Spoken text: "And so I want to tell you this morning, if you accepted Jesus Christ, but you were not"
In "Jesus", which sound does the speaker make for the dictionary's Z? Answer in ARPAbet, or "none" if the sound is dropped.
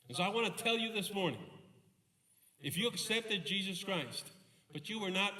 Z